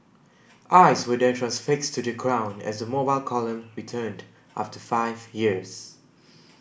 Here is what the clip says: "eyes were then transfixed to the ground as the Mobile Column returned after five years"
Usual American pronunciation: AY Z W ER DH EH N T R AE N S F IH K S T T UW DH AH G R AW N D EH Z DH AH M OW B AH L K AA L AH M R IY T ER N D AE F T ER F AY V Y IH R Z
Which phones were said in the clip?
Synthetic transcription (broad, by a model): AY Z W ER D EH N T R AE N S F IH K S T T UW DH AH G R AW N EH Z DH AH M OW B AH L K AA L AH M R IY T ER N D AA F T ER F AY V Y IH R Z